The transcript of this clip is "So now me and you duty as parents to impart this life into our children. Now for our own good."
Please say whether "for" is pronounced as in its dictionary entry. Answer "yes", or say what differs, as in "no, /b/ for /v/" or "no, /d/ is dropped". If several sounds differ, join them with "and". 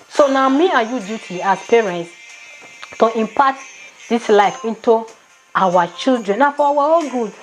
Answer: no, /w/ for /ɹ/